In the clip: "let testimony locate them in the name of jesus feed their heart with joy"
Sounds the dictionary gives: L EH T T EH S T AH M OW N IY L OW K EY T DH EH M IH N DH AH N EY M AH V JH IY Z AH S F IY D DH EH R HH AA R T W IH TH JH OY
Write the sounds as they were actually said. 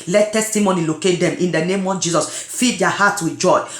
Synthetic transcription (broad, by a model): L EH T T EH S T AH M OW N IY L OW K EY T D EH M IH N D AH N EY M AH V JH IY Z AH S F IY D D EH HH AA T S W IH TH JH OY